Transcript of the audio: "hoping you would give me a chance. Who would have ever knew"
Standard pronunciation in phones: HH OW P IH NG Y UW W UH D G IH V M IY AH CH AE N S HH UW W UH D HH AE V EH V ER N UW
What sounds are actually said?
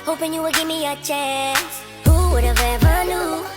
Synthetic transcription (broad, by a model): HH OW P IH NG Y UW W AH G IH M IY AH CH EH S HH UW W UH D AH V EH V ER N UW